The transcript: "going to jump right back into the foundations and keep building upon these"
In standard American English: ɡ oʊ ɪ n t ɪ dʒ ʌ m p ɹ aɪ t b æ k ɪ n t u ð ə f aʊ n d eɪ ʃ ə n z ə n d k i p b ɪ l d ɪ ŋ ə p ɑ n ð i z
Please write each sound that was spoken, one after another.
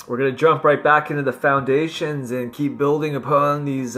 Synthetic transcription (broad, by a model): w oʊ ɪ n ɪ dʒ ʌ m p ɹ aɪ t b æ k ɪ n t u ð ə f aʊ n d eɪ ʃ ə n z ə n k i p b ɪ l d ɪ ŋ ə p ɑ n ð i z